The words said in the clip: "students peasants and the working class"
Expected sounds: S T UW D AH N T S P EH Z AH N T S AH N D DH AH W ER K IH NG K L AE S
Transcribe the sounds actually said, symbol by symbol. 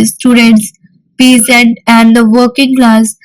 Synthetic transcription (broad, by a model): S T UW D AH N T S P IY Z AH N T AH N D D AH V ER K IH NG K L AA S